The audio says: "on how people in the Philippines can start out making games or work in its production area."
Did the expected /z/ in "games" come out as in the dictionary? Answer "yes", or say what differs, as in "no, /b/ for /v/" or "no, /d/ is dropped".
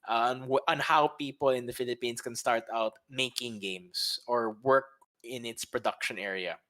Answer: no, /s/ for /z/